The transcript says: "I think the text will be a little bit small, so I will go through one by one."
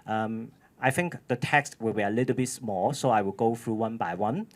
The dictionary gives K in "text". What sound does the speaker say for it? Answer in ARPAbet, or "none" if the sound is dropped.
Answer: K